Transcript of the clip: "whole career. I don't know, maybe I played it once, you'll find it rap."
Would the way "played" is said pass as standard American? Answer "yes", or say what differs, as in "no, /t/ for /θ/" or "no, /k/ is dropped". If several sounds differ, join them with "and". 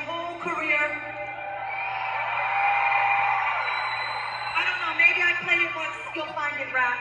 no, /d/ is dropped